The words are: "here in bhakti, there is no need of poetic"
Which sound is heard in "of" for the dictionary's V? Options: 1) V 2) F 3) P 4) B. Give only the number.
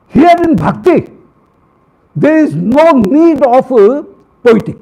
3